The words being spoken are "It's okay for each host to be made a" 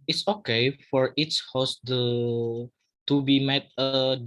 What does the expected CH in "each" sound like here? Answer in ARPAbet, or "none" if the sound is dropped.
S